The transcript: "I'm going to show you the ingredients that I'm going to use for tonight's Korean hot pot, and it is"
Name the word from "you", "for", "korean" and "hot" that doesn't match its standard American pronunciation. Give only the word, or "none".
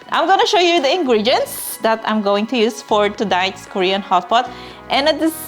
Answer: none